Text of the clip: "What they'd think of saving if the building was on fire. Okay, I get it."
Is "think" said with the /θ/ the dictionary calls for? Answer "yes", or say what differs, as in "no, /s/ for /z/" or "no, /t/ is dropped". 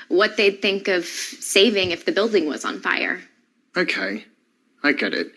yes